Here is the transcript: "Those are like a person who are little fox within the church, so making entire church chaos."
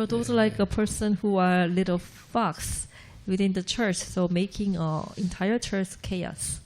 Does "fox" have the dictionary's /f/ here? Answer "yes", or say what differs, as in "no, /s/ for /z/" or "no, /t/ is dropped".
yes